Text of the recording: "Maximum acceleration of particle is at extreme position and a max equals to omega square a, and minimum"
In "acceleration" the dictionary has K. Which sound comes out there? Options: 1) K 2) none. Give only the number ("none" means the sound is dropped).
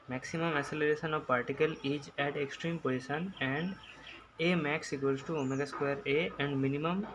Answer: 2